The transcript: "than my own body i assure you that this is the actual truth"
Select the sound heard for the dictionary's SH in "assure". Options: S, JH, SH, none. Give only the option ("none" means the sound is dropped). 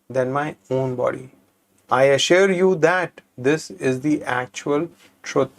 SH